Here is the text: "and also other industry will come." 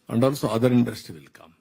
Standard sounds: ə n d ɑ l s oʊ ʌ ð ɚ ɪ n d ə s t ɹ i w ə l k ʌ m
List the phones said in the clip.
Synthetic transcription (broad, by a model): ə n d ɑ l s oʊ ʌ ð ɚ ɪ n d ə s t i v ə l k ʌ m